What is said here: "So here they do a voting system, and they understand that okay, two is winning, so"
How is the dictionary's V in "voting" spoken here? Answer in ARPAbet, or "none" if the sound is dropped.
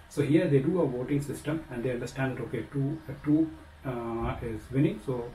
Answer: V